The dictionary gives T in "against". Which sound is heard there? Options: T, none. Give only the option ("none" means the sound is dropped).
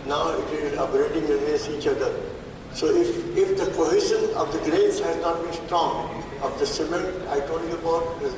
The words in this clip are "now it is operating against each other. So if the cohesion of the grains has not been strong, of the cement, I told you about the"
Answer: none